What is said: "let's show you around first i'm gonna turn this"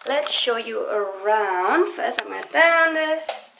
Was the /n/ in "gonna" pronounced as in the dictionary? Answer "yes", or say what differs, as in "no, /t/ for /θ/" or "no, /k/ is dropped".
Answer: no, /n/ is dropped